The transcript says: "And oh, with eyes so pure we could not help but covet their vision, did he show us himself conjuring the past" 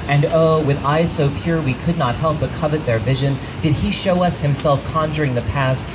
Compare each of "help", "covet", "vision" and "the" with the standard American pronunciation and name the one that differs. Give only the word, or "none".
none